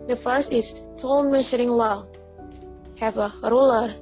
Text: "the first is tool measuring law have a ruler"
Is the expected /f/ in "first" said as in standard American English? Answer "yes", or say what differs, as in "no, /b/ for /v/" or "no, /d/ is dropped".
yes